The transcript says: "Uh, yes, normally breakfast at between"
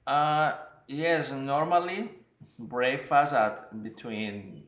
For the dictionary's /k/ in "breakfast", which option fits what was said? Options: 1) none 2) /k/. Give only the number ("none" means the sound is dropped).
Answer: 1